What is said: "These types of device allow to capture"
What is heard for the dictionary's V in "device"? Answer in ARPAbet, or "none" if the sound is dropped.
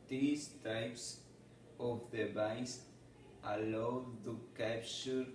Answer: B